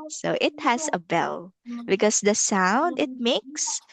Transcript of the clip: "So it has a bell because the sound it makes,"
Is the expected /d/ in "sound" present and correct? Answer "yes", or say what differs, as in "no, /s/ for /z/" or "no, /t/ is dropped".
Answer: yes